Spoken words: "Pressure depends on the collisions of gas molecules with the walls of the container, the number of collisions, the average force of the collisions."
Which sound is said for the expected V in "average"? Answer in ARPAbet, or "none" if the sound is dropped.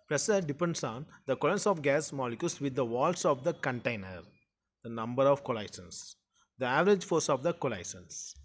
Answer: V